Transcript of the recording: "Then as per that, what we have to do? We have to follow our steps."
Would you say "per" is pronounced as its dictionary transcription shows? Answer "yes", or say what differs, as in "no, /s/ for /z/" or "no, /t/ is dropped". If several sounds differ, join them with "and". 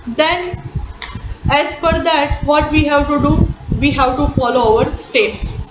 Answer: no, /f/ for /p/